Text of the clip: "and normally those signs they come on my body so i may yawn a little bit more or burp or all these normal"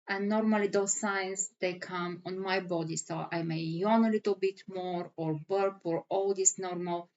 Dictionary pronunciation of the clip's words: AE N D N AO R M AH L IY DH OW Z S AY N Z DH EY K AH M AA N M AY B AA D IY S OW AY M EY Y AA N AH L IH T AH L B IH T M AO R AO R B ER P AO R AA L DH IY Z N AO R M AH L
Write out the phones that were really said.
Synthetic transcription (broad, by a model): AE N N AO R M AH L IY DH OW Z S AY N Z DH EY K AH M AA N M AY B AA D IY S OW AY M EY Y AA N AH L IH T AH L B IH T M AO R AO R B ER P AO R AA L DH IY S N AO R M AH L